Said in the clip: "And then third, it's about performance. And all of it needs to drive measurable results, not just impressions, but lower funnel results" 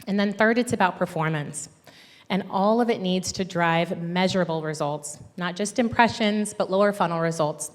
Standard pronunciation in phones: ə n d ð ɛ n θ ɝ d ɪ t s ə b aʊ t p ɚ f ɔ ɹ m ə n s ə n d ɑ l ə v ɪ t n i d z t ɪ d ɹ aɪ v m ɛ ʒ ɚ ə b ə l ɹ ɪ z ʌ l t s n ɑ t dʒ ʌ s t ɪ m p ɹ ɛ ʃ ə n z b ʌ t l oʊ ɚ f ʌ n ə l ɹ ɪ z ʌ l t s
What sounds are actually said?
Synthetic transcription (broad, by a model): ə n ð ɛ n θ ɝ d ɪ t s ə b aʊ t p ɚ f ɔ ɹ m ə n s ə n ɑ l ə v ɪ t n i d z t ɪ d ɹ aɪ v m ɛ ʒ ɚ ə b l ɹ ɪ z ʌ l t s n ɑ t dʒ ʌ s t ɪ m p ɹ ɛ ʃ ə n z b ʌ t l oʊ ɚ f ʌ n l ɹ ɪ z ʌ l t s